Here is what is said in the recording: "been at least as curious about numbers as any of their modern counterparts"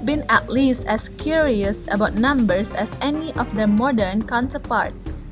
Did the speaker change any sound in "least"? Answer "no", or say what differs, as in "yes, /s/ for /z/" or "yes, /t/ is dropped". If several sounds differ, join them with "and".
no